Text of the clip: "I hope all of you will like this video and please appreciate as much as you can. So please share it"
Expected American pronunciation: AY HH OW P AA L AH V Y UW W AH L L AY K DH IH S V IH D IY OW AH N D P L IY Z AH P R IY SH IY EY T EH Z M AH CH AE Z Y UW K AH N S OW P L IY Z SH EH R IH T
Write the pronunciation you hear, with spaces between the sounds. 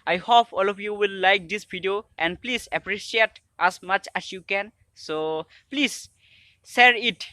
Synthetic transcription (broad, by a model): AY HH OW P AA L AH F Y UW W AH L L AY K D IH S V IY D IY OW AH N D P L IY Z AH P R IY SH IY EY T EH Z M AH CH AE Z Y UW K AH N S OW P L IY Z S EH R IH T